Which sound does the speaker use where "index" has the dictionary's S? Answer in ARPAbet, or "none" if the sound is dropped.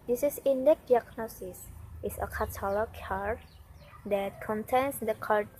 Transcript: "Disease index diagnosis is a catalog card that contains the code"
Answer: none